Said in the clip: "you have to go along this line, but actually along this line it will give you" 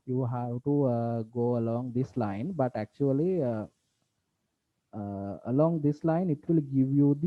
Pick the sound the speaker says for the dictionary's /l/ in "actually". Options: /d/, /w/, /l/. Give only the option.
/l/